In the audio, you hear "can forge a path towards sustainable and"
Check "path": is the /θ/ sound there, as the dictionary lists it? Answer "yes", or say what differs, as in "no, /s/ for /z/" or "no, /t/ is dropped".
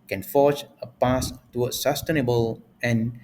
no, /s/ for /θ/